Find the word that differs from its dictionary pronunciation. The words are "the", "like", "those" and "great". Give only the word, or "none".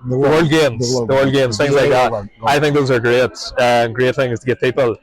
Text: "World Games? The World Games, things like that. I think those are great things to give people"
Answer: none